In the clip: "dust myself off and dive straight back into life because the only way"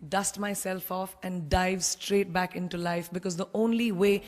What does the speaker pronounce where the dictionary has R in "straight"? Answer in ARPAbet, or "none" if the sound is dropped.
R